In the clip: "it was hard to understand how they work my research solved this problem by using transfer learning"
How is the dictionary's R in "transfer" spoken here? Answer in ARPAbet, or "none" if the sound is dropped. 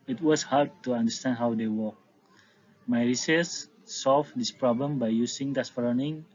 none